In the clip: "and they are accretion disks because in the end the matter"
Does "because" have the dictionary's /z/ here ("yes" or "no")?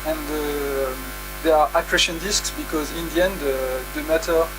yes